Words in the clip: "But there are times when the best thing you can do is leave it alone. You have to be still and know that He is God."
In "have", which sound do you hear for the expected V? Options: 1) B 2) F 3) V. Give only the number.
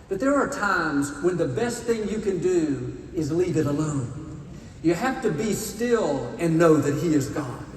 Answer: 2